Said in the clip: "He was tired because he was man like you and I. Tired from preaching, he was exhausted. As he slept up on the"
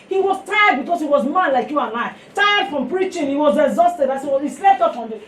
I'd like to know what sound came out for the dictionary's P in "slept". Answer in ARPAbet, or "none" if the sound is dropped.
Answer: none